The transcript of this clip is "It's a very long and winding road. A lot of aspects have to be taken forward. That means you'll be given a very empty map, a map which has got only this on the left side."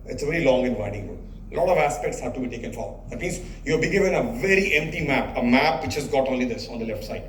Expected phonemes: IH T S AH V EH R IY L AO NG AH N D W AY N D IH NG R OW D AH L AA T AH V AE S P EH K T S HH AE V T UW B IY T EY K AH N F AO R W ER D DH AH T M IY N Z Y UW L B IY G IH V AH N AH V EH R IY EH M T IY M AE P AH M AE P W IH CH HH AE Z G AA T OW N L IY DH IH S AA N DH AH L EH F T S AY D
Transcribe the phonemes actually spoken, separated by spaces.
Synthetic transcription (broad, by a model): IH T S AH V EH R IY L AO NG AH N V AY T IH NG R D AH L AA T AH V AE S P EH K T S HH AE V T UW B IY T EY K AH N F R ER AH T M IY N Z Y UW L B IY G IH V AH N AH V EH R IY EH M T IY M AE P AH M AE P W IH CH HH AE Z G AA T OW N L IY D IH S AA N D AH L EH F T S AY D